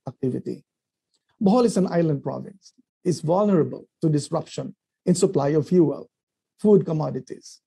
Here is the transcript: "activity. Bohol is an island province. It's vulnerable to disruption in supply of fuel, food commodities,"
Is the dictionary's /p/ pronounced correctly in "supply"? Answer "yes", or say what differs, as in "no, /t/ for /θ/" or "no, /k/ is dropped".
yes